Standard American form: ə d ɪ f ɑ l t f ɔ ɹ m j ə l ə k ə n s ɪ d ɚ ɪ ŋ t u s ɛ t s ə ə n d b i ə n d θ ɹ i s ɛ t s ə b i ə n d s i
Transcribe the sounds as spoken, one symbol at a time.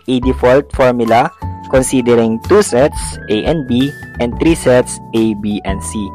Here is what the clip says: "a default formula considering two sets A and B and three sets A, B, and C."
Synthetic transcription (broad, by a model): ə d ɪ f ɑ l t f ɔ ɹ m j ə l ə k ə n s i d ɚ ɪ ŋ t u s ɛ t s ə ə n b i ə n d t ɹ i s ɛ t s ə b i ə n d s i